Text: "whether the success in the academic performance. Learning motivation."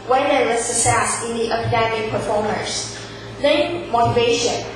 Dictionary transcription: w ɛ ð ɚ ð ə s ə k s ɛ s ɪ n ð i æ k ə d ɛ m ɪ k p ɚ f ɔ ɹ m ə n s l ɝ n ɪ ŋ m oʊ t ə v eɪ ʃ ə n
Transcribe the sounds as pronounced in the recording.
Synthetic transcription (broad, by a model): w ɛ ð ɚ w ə s ə k s ɛ s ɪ n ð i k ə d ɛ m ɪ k p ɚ f ɔ ɹ m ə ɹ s n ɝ ɪ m m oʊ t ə v eɪ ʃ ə n